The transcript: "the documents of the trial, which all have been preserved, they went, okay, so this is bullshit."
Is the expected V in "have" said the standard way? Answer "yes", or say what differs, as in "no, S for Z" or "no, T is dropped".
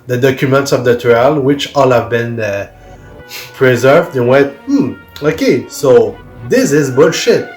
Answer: yes